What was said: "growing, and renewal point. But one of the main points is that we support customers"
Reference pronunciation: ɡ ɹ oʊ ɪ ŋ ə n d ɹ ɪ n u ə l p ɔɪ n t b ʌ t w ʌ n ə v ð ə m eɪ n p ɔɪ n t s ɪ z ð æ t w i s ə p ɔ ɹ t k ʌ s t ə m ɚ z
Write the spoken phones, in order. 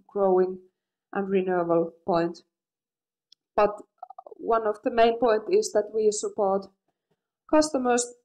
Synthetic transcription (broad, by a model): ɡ ɹ oʊ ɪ ŋ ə n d ɹ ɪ n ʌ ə l p ɔɪ n t b ʌ t w ʌ n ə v ð ə m eɪ n p ɔɪ n t ɪ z ð æ t w i s ə p ɔ ɹ t k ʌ s t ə m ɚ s